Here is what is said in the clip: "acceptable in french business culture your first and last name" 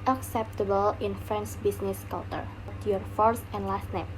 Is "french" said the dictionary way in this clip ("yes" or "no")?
no